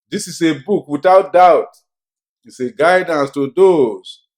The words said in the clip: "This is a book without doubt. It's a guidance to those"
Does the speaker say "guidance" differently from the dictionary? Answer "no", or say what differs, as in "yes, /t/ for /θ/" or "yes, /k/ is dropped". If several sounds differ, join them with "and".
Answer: no